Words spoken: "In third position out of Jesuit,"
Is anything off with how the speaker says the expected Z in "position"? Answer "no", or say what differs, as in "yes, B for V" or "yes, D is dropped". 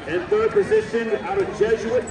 no